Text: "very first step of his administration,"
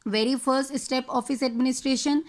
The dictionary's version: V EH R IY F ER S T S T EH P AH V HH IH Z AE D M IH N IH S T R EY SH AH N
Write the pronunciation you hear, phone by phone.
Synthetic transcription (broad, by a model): V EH R IY F ER S T S T EH P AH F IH S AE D M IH N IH S T R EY SH AH N